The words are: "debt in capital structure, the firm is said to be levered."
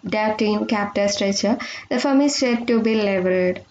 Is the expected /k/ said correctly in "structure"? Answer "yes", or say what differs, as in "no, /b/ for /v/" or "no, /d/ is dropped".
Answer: no, /k/ is dropped